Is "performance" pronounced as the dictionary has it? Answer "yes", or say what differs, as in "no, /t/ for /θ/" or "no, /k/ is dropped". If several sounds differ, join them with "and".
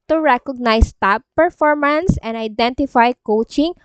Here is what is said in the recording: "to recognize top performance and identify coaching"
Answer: yes